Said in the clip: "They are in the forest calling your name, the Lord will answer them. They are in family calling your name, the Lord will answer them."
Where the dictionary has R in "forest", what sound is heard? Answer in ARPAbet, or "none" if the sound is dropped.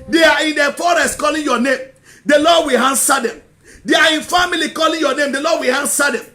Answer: R